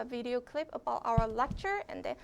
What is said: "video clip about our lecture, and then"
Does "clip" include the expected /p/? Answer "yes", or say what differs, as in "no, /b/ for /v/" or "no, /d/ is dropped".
yes